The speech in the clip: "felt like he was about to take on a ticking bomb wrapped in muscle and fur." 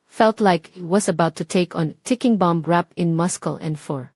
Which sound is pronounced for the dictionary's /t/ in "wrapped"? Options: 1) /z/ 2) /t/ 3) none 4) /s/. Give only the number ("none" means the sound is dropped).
3